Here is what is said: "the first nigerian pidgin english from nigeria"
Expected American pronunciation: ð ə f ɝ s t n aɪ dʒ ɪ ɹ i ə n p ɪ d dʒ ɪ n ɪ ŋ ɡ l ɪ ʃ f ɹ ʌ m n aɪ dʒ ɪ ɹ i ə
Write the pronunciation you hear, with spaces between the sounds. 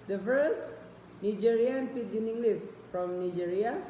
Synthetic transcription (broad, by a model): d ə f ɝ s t n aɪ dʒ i ɹ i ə n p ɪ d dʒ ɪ n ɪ ŋ ɡ l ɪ s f ɹ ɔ m n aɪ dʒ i ɹ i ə